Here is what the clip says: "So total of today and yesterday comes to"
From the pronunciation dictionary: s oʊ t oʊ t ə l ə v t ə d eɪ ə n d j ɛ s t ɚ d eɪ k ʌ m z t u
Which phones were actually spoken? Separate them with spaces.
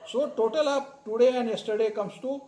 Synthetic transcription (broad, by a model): s oʊ t oʊ t ə l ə p t ə d eɪ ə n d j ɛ s t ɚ d eɪ k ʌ m s t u